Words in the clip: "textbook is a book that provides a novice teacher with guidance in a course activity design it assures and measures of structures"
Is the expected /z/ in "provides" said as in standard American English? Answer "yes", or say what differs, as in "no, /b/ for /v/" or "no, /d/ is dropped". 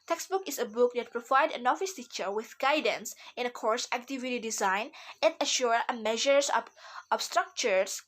no, /z/ is dropped